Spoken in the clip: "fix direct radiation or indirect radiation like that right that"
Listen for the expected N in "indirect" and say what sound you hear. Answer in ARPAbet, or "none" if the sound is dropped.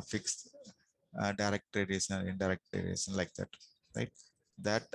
none